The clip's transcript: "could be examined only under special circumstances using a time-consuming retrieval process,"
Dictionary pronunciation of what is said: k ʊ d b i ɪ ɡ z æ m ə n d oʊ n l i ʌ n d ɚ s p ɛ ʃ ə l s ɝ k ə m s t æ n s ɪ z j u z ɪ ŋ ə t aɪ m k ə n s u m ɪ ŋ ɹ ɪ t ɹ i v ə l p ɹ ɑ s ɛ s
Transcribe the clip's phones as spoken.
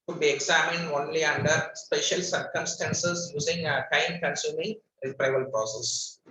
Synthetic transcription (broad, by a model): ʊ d b i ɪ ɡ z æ m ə n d oʊ n l i ʌ n d ɚ s p ɛ ʃ ə l s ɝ k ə m s t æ n s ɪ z j u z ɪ ŋ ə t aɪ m k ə n s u m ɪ ŋ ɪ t ɹ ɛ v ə l p ɹ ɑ s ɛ s